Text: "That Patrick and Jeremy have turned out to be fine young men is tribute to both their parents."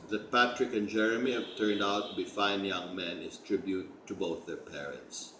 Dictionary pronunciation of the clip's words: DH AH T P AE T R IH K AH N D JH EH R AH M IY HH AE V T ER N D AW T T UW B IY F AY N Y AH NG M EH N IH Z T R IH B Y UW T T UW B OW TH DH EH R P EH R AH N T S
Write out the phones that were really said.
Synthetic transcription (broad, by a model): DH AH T P AE T R IH K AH N JH EH R AH M IY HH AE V T ER N D AW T T UW B IY F AY N Y AH NG M EH N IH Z T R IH B Y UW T T UW B OW TH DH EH R P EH R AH N T S